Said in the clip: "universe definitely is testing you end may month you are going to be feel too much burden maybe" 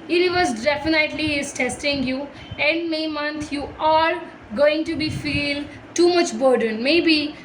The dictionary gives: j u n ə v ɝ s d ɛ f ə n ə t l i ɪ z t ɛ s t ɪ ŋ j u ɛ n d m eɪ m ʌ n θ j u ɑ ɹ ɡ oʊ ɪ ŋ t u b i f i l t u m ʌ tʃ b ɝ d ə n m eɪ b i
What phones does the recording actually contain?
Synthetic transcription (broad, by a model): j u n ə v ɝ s d ɛ f ə n ə t l i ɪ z t ɛ s t ɪ ŋ j u ɛ n d m eɪ m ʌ n t j u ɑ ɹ ɡ oʊ ɪ ŋ t u b i f i l t u m ʌ tʃ b ɝ d ə n m eɪ b i